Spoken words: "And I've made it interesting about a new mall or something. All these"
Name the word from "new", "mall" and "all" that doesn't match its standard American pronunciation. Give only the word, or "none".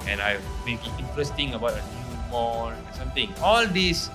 mall